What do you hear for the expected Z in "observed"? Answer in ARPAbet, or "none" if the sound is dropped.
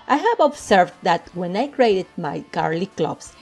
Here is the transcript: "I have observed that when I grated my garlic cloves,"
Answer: S